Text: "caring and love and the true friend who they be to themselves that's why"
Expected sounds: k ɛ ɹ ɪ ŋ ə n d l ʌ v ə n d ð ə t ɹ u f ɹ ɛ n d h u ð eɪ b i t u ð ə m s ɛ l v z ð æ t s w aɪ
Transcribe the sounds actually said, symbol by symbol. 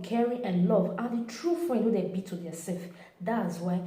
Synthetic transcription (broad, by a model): k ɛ ɹ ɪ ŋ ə n l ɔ v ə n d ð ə t ɹ u f ɹ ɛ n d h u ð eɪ b i t u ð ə s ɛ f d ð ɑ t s w aɪ